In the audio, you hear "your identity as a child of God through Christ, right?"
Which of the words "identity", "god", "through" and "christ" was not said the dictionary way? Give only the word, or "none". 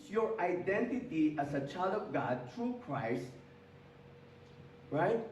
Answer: through